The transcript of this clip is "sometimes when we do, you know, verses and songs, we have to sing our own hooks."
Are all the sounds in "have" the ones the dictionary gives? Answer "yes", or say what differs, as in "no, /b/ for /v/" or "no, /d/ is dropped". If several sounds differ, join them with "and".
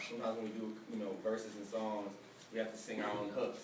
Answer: no, /f/ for /v/